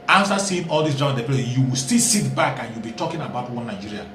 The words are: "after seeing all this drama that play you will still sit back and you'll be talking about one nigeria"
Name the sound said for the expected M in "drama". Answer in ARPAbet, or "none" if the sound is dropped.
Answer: none